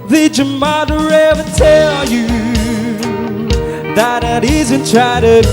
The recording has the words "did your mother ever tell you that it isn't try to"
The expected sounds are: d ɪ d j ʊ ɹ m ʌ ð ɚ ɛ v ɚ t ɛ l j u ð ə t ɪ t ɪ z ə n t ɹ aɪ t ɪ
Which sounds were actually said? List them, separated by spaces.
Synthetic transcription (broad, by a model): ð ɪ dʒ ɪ m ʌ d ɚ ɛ v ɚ t ɛ l j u ð ə t ɪ t ɪ z ə n t ɹ aɪ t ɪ